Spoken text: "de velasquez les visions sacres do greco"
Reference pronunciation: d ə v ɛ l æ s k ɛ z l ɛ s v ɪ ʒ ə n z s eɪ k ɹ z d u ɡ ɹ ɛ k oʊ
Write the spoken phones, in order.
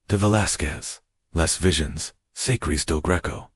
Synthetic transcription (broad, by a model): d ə v ɛ l æ s k ɛ z l ɛ s v ɪ ʒ ə n z s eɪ k ɹ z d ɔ ɡ ɹ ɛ k oʊ